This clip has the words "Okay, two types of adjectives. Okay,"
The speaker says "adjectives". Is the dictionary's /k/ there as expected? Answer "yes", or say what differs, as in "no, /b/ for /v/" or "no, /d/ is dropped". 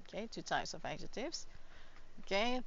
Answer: no, /k/ is dropped